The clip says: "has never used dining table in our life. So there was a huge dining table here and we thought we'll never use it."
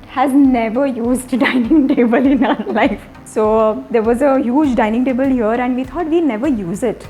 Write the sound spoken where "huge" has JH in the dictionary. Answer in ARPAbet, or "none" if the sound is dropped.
JH